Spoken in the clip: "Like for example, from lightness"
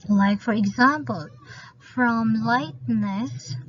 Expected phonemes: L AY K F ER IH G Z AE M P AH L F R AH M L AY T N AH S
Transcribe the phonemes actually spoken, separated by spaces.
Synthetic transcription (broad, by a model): L AY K F ER IH G Z AE M P AH L F R AH M L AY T N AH S